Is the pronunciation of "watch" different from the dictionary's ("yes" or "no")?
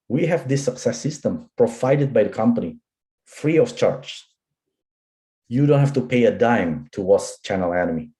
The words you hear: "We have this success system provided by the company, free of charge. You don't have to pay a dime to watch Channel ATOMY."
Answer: yes